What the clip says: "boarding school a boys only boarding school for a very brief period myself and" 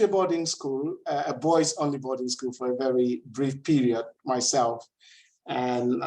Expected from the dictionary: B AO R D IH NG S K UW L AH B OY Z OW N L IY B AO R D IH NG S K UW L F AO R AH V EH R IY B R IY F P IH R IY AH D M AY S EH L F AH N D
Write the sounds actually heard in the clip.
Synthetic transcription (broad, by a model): B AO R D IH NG S K UW L AH B OY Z OW N L IY B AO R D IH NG S K UW L F AO R AH V EH R IY B R IY F P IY R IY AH D M AY S EH L F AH N